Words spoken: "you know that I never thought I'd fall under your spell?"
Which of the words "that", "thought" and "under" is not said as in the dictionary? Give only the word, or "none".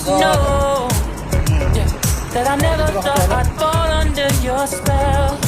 thought